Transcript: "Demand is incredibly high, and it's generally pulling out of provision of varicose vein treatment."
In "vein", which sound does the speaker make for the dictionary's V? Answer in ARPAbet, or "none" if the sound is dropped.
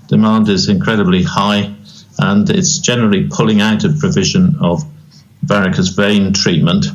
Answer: V